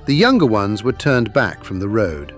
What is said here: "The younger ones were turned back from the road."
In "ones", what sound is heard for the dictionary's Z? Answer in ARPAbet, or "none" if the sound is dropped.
Z